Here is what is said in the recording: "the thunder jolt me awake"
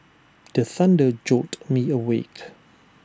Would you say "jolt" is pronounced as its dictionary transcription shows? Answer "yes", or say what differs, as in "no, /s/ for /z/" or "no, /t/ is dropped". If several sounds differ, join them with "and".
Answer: no, /l/ is dropped